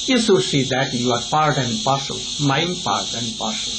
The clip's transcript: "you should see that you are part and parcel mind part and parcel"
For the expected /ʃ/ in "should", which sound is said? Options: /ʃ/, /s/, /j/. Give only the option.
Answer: /s/